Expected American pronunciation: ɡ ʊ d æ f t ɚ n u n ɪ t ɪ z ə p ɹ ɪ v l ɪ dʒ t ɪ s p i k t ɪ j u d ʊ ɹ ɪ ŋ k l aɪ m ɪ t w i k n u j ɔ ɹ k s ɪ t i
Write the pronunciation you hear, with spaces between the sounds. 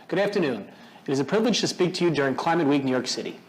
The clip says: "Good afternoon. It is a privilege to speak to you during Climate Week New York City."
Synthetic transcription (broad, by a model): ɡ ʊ d æ f t ɚ n u n ɪ t ɪ z ə p ɹ ɪ v l ɪ dʒ t ɪ s p i k t ɪ j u d ʊ ɹ ɪ ŋ k l aɪ m ɪ t w i k n u j ɔ ɹ k s ɪ t i